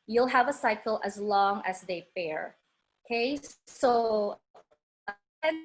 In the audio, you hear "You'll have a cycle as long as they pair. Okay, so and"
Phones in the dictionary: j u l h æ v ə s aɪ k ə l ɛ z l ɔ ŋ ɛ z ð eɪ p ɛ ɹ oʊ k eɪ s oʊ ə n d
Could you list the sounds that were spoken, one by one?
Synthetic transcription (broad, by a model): j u l h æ v ə s aɪ k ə l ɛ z l ɔ ŋ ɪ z ð eɪ f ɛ ɹ oʊ k eɪ s oʊ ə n